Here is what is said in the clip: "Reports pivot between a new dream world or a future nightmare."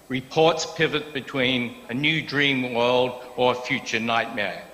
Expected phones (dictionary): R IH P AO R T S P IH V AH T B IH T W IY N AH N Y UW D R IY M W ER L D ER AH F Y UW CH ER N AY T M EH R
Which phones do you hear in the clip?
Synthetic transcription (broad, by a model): R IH P AO R T S P IH V AH T B IH T W IY N AH N Y UW D R IY M W ER L D ER AH F Y UW CH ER N AY T M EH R